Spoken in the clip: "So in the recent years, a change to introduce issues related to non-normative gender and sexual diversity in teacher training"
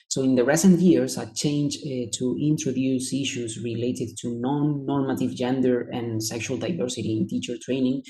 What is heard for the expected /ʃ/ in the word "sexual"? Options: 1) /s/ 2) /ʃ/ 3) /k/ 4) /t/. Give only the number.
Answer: 2